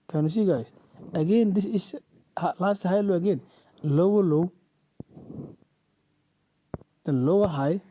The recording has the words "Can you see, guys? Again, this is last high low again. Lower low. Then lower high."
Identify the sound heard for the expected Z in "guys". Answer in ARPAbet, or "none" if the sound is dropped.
S